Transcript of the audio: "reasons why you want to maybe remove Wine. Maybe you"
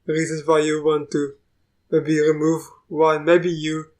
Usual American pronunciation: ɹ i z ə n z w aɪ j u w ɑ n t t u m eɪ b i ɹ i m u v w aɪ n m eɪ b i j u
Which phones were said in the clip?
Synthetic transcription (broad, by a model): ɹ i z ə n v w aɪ j u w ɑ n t t u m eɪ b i ɹ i m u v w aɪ l m eɪ b i j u